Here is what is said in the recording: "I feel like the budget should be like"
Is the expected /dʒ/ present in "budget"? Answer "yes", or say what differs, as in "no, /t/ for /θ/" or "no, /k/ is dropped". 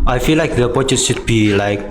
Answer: no, /tʃ/ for /dʒ/